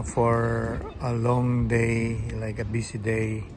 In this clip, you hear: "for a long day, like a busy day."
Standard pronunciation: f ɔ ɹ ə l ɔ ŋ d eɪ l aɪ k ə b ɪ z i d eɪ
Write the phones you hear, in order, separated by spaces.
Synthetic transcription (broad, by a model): f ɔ ɹ ə l ɔ ŋ d eɪ l aɪ k ə b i s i d eɪ